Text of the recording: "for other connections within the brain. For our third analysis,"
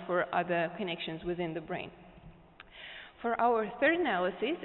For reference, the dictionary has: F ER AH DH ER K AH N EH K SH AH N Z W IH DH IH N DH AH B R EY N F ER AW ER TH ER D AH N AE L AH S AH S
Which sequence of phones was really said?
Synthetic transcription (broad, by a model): F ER AH DH ER K AH N EH K SH AH N Z W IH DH IH N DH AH B R EY N F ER AW ER TH ER D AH N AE L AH S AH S